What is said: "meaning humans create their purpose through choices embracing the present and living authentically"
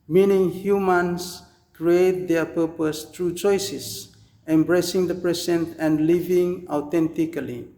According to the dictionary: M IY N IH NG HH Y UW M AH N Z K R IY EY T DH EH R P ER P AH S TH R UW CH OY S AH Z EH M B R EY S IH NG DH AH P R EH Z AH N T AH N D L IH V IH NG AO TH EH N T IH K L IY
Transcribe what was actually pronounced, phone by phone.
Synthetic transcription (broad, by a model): M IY N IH NG HH Y UW M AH N S K R IY EY T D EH P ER P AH S T R UW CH OY S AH S EH M B R EY S IH NG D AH P R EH S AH N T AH N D L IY V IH NG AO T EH N T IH K L IY